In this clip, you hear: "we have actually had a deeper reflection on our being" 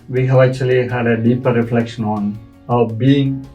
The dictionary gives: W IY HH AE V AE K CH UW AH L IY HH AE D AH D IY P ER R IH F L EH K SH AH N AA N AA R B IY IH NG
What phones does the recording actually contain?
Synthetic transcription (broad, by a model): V IY HH AE V AE K CH UW AH L IY HH AE D AH D IY P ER R IH F L EH K SH AH N AA N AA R B IY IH NG